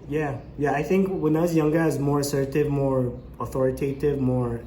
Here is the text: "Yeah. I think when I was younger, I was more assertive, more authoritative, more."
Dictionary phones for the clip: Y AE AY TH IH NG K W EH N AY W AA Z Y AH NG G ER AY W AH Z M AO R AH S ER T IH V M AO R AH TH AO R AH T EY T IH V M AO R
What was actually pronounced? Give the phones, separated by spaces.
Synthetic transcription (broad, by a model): Y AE AY TH IH NG K W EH N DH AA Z Y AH NG G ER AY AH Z M AO R AH S ER T IH V M AO R AH TH AO R AH T EY T IH V M AO R